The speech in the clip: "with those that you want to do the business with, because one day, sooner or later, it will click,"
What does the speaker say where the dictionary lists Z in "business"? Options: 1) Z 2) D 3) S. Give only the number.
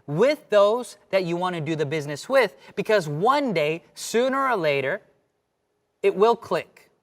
1